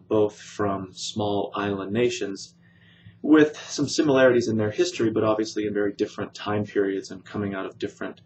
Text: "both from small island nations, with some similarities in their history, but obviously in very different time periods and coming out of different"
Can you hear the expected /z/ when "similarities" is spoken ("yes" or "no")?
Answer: yes